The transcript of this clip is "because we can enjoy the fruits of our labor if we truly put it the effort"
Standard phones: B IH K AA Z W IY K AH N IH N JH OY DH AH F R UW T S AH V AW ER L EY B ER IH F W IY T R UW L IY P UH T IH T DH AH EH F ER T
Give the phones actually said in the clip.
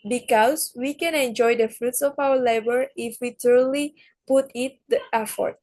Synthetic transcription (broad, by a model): B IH K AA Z W IY K AH N IH N JH OY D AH F R UW T S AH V AW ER L EY B ER IH F W IY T UW L IY P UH T IH T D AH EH F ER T